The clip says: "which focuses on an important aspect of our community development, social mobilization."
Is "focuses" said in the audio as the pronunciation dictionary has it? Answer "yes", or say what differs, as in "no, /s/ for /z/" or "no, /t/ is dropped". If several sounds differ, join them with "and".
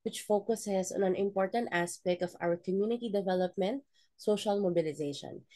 no, /s/ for /z/